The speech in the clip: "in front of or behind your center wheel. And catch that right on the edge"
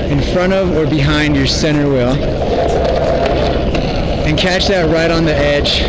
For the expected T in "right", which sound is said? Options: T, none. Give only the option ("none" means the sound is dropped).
T